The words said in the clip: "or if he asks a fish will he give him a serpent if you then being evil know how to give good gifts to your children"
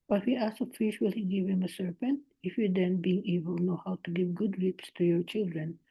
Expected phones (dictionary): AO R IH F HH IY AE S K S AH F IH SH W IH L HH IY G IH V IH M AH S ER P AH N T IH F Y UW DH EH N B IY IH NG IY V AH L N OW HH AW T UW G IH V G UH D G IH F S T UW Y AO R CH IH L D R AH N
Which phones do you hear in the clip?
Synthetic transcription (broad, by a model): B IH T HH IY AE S S AH F IH SH W IH L HH IY G IH V IH M AH S ER P AH N T IH F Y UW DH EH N B IY IH NG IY B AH L N OW HH AW T UW G IH V G UH D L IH P S T UW Y AO R CH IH L D R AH N